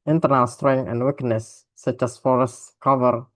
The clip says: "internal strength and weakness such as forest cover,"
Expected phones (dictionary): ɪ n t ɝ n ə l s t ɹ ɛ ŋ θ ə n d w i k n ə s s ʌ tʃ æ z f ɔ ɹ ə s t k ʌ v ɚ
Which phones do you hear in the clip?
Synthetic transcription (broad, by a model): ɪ n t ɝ n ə l s t ɹ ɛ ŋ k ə n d w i k n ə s s ʌ tʃ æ s f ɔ ɹ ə s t k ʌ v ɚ